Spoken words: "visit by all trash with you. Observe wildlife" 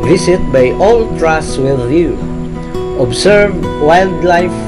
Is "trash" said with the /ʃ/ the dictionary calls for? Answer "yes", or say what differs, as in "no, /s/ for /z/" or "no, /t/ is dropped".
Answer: no, /s/ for /ʃ/